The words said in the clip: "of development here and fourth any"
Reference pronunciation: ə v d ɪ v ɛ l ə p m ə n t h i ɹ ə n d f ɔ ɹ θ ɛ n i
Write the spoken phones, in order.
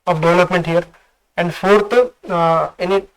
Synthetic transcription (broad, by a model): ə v d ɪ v l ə p m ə n t h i ɹ ə n d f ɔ ɹ t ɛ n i